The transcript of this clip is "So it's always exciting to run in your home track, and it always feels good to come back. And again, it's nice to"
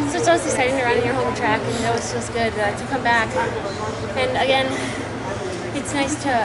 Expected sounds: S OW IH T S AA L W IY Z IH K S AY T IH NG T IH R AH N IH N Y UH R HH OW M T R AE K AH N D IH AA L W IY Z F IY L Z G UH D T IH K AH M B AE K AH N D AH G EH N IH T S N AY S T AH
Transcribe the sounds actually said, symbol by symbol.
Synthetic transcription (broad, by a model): S OW IH T S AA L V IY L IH S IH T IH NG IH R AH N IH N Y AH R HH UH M T R AE K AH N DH IH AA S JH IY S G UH D T IH K AH M B AE K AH N AH G EH N IH T S N AY S T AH